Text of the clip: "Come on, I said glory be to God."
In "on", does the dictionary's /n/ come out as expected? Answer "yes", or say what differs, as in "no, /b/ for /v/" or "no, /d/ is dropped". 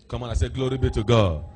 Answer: no, /l/ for /n/